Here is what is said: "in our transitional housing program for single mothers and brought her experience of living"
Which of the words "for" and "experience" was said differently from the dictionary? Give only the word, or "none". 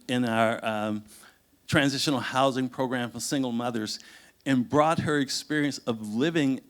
none